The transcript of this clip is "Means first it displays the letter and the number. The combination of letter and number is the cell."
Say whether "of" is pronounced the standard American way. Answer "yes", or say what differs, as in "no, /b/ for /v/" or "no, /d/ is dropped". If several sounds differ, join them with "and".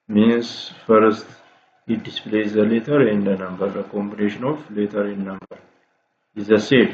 no, /f/ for /v/